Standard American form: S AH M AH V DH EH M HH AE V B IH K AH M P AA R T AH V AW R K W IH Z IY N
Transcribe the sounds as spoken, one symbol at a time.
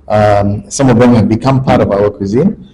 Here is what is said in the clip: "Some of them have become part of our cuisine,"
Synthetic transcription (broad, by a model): S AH M AH V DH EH M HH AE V B IH K AH M P AA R T AH V AW W K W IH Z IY N